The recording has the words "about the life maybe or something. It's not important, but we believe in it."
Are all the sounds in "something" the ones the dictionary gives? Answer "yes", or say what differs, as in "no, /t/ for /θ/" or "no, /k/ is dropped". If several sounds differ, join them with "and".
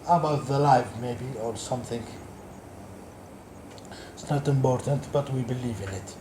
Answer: yes